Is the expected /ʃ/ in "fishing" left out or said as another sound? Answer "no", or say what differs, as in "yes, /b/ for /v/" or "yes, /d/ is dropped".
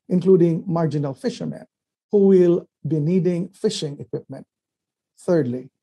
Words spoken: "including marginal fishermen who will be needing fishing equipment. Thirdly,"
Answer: no